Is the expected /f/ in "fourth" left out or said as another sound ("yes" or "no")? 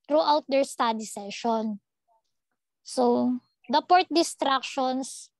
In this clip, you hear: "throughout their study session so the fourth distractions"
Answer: yes